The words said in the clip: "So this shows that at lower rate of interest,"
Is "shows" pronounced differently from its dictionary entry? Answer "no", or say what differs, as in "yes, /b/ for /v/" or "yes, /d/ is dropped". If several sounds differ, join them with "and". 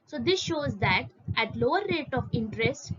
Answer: no